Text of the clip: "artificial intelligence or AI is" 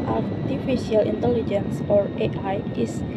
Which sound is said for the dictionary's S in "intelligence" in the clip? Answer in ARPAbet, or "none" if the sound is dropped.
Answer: S